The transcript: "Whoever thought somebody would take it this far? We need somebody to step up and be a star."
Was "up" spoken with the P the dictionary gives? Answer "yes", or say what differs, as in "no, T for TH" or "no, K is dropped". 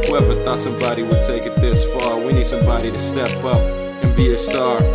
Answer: yes